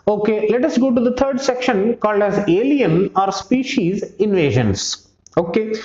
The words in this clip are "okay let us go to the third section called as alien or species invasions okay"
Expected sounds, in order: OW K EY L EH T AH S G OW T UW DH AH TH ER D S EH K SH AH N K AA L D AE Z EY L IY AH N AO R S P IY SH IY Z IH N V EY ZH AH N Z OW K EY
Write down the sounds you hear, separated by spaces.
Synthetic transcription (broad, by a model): OW K EY L EH T AH S G OW T UW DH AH T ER D S EH K SH AH N K AA L D AE Z EY L IY AH N AO R S P IY SH IY Z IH N V EY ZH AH N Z OW K EY